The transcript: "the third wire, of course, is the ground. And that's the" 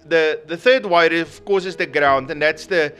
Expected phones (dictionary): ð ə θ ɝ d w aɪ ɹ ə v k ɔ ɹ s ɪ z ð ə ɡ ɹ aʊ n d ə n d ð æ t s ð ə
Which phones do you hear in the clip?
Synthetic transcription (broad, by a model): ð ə θ ɝ d w aɪ ɹ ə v k ɔ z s ɪ z ð ə ɡ ɹ aʊ n d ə n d ð æ t s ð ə